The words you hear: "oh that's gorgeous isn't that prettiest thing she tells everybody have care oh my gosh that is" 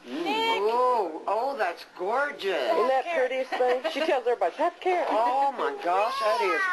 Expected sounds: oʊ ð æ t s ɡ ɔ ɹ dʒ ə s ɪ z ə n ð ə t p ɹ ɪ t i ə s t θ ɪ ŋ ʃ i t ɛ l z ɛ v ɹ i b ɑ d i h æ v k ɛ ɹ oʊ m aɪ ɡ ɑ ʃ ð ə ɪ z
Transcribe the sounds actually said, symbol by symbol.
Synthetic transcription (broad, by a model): oʊ ð æ t s ɡ ɔ ɹ dʒ ə s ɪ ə n ð ə t p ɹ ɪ t i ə s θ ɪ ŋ ʃ i t ɛ l z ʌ ɹ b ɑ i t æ p k ɛ ɹ oʊ m aɪ ɡ ɑ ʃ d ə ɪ